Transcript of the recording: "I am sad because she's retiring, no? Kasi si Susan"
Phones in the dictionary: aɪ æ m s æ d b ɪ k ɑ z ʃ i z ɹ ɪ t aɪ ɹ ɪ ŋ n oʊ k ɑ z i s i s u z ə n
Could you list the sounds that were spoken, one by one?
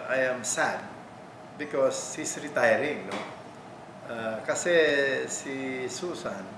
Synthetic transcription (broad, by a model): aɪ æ m s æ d b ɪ k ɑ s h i s ɹ ɪ t aɪ ɹ ɪ ŋ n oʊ k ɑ s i s i s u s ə n